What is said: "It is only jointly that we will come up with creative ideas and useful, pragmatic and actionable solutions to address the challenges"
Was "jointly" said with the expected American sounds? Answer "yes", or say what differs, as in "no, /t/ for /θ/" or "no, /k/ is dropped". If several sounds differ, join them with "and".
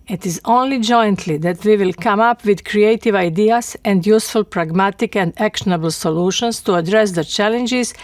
yes